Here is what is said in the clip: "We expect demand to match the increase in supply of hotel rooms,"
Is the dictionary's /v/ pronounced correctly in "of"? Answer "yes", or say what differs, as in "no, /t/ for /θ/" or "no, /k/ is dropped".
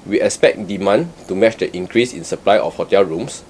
no, /f/ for /v/